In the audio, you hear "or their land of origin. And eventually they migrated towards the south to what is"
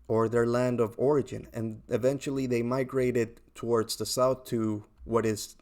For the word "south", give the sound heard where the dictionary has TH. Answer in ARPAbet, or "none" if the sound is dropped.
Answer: TH